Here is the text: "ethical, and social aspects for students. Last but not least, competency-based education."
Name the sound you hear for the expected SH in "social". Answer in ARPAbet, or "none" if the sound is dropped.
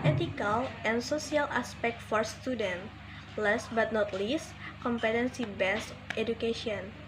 S